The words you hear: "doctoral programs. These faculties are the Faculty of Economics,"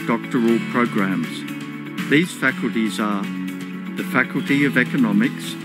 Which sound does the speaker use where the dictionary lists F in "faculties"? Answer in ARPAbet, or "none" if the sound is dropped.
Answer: F